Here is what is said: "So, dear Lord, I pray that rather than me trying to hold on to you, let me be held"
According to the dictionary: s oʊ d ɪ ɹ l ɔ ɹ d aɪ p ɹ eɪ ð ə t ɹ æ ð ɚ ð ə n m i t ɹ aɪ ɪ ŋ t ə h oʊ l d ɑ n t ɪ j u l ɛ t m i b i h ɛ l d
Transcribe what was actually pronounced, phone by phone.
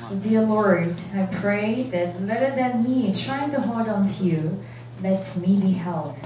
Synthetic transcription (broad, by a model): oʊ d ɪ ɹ l ɔ ɹ d aɪ p ɹ eɪ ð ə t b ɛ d ɚ ð ə n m i t ɹ aɪ ɪ ŋ t ə h oʊ l d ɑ n t ɪ j u l ɛ t m i b i h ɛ l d